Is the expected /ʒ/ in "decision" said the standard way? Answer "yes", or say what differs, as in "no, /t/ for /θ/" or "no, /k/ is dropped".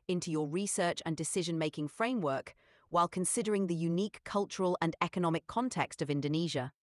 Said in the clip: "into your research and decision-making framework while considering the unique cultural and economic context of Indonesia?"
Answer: yes